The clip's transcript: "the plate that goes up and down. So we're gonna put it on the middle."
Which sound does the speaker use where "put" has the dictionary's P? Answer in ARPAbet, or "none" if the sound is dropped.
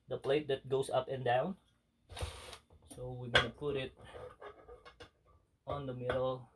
P